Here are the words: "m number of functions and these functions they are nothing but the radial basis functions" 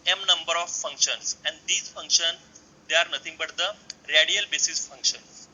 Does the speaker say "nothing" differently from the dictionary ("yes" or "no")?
yes